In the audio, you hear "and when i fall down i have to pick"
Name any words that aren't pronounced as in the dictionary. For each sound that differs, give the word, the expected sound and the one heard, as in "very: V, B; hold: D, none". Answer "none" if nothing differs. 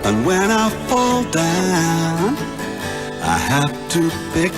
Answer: have: V, F